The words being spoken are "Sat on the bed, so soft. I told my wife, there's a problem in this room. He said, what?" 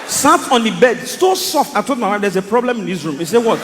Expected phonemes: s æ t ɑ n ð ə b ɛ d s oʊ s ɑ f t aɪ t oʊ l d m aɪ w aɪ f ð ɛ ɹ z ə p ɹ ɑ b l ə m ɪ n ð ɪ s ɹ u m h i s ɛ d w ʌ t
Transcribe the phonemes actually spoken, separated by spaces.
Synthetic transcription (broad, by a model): s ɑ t ɑ n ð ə b ɛ d s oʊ s ɑ f t aɪ t oʊ l d m aɪ w aɪ f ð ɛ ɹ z ə p ɹ ɑ b l ə m ɪ n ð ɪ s ɹ u m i s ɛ w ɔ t